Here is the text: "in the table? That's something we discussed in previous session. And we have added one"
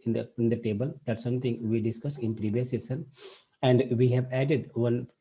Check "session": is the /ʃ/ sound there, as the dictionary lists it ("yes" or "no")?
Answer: no